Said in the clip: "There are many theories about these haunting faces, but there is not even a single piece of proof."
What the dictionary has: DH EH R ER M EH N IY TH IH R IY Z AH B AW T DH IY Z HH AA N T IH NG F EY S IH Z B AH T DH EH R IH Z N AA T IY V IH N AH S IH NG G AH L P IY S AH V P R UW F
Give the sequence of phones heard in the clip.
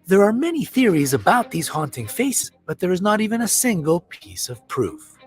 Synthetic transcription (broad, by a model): DH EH R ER M EH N IY TH IH R IY Z AH B AW T DH IY Z HH AA N T IH NG F EY S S B AH T DH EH R IH Z N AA T IY V IH N AH S IH NG G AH L P IY S AH V P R UW F